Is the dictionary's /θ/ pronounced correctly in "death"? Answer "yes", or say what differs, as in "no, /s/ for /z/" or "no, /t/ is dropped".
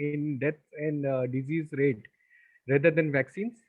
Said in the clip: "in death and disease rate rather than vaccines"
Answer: no, /t/ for /θ/